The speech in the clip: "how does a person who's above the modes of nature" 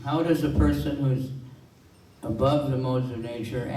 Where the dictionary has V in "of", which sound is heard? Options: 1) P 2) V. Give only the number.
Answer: 2